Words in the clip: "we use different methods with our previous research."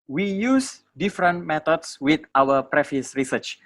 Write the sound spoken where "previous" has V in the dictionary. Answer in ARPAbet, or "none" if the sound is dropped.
F